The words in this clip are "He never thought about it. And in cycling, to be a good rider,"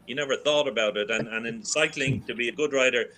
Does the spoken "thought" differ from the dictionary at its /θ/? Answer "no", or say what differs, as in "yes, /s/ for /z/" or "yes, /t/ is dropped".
no